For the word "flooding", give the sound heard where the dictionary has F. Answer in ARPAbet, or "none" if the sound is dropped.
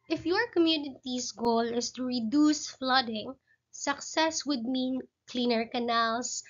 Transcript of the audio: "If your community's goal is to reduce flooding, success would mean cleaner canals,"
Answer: F